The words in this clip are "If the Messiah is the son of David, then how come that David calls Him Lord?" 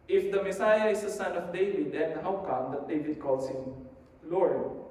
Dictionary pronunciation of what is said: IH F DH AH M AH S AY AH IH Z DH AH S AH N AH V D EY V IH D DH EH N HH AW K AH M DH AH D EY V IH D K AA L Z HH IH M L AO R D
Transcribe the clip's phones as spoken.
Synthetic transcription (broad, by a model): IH F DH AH M AH S AY AH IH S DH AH S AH N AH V D EY V IH D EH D HH AW K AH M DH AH D EY V IH D K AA L S HH IH M L AO R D